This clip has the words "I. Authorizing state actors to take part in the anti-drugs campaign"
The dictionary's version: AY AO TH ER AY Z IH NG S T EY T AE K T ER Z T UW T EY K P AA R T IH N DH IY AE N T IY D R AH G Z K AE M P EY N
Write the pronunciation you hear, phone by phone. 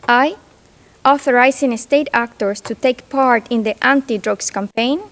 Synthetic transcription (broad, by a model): AY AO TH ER AY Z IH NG S T EY T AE K T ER S T UW T EY K P AA R T IH N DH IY AE N T IY D R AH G S K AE M P EY N